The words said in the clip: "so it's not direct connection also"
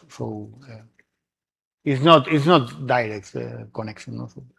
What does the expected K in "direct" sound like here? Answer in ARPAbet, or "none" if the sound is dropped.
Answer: K